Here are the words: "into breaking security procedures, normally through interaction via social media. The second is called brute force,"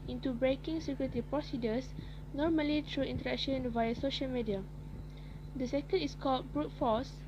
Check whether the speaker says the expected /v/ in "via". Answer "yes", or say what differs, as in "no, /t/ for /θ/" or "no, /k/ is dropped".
yes